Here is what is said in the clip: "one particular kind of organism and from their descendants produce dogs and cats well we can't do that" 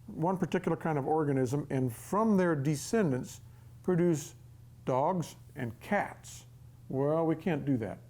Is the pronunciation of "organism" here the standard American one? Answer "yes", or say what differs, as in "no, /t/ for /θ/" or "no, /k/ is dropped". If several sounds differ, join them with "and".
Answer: yes